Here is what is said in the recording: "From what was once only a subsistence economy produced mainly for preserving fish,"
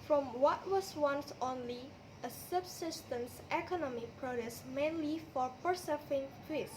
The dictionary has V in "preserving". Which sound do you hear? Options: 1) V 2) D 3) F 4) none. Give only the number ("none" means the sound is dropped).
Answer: 3